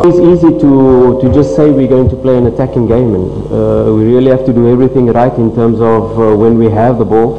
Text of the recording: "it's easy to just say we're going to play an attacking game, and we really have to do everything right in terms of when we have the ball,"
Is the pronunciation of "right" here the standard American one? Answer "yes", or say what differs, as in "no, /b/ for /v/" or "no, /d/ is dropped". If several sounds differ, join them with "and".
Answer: yes